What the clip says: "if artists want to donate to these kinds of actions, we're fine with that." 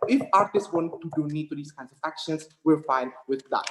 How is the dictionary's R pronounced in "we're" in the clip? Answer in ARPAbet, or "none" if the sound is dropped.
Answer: L